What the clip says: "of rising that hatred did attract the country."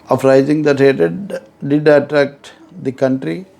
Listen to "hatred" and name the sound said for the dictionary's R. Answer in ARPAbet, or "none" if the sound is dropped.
none